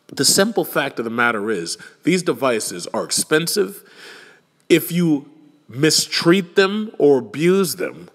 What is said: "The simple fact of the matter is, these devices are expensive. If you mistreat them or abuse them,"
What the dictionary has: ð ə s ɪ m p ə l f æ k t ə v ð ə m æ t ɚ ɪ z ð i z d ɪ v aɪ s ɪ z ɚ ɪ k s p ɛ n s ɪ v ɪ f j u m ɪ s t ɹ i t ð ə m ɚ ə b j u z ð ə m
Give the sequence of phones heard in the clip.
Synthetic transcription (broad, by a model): ð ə s ɪ m p l f æ k t ə v ð ə m æ t ɚ ɪ z ð i z d ɪ v aɪ s ɪ z ɚ ɪ k s p ɛ n s ɪ v ɪ f j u m ɪ s t ɹ i t ð ə m ɚ ə b j u z ð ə m